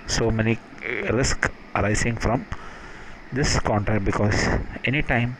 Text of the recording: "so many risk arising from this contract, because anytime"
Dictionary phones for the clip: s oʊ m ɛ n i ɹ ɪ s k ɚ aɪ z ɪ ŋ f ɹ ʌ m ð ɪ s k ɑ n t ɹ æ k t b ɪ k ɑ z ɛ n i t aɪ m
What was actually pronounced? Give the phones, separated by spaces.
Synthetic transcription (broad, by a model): s oʊ m ɛ n i ɹ ɪ s k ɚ aɪ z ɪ ŋ f ɹ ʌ m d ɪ s k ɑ n t ɹ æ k b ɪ k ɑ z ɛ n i t aɪ m